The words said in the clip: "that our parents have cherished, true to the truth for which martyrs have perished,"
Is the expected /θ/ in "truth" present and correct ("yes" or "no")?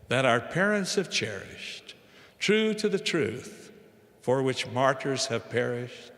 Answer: yes